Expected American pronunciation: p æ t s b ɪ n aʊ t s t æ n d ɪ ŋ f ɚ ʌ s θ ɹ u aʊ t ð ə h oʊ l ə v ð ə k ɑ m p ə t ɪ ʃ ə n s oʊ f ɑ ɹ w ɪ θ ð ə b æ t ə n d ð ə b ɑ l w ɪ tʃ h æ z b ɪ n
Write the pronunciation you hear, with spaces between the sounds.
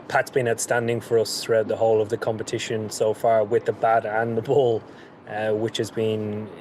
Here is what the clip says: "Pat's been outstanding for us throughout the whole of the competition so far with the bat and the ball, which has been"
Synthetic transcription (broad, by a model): p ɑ t s b ɪ n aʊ t s t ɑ n d ɪ ŋ f ɚ ʌ s θ ɹ u aʊ t ð ə h oʊ l ə v ð ə k ɑ m p ə t ɪ ʃ ə n s oʊ f ɑ ɹ w ɪ ð ə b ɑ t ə n ð ə b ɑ l w ɪ tʃ h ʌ z b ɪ n